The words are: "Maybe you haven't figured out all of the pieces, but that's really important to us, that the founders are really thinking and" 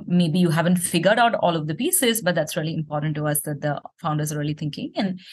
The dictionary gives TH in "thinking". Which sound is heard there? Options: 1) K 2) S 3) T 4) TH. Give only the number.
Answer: 3